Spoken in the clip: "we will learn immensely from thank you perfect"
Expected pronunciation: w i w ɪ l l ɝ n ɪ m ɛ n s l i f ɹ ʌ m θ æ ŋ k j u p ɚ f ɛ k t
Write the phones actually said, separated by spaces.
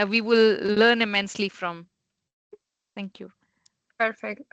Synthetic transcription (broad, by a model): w i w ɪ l l ɝ n ɪ m ɛ n s l i f ɹ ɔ m t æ ŋ k j u p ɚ f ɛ k t